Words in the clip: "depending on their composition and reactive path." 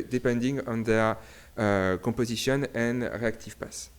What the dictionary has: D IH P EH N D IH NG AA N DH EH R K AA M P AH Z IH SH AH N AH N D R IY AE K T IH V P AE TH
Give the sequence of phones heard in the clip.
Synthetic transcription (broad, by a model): D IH P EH N D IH NG AA N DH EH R K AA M P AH Z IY S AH N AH N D R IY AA K T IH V P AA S